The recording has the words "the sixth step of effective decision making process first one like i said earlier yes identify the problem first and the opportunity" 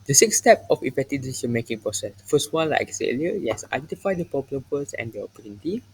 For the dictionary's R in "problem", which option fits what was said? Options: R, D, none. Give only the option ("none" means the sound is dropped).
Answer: none